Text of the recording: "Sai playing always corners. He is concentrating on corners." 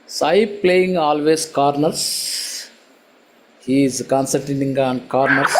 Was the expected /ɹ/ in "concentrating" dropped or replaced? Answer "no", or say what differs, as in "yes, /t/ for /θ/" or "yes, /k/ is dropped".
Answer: yes, /ɹ/ is dropped